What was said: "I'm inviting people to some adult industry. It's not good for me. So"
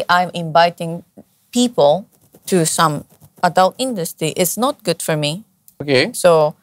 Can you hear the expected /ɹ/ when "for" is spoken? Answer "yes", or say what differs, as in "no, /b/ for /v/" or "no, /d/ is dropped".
yes